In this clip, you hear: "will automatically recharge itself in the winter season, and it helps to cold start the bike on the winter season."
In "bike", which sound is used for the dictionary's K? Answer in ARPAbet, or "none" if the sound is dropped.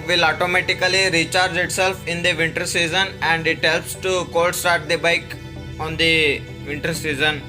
K